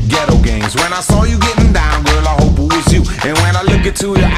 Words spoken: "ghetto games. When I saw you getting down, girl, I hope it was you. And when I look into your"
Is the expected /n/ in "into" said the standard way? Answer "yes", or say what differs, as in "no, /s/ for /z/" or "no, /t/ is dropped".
no, /n/ is dropped